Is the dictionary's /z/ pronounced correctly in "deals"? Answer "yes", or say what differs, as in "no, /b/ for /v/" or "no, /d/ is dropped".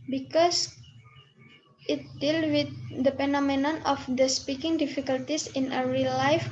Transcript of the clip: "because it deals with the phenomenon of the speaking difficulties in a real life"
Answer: no, /z/ is dropped